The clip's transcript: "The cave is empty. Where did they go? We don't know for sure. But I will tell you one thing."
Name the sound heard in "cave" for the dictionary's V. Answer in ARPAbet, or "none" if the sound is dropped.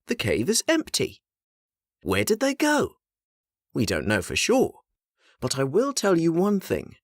V